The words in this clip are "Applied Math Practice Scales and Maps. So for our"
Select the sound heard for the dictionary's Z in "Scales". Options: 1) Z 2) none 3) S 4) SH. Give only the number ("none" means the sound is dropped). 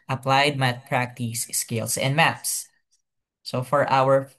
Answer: 3